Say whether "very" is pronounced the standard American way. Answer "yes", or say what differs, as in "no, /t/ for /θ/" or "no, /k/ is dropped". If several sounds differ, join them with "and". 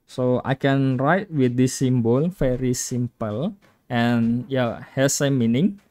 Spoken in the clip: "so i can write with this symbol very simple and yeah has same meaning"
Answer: no, /f/ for /v/